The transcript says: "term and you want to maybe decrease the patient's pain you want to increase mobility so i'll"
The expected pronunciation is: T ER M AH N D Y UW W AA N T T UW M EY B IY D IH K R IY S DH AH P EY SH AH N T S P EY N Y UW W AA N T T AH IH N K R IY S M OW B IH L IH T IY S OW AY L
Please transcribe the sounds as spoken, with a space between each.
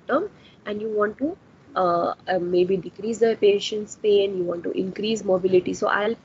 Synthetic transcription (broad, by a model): T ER M AH N D Y UW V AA N T T UW M EY B IY D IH K R IY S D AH P EY SH AH N T S P EY N Y UW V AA N T T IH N K R IY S M OW B IH L IH T IY S OW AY L